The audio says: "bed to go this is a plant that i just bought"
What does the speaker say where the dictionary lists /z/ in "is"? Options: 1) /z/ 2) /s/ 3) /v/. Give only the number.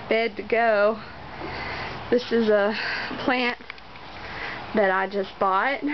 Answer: 1